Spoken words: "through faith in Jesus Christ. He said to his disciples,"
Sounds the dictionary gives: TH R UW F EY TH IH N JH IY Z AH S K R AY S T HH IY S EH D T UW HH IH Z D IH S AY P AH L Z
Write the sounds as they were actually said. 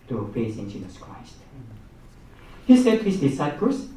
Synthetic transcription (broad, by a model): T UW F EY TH IH N JH IY Z AH S K R AY S T HH IY S EH D T UW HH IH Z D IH S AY P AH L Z